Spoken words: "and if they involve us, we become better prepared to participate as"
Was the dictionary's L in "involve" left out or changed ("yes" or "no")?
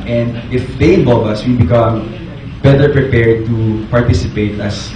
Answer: yes